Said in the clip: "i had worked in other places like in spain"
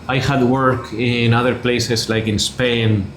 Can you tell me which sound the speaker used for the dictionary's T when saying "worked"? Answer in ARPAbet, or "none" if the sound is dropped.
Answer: none